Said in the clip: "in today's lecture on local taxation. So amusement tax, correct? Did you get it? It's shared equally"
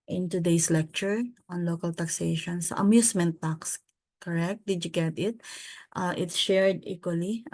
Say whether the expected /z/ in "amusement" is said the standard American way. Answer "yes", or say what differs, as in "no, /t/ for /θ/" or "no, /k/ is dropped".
no, /s/ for /z/